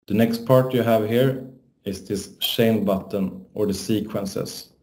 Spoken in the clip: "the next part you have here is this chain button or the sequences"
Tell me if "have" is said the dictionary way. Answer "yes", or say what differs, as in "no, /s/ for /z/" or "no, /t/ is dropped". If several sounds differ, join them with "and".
yes